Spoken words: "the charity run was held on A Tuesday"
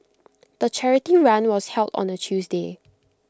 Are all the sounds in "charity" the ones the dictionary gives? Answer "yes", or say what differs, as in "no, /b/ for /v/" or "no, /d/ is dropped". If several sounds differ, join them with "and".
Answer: yes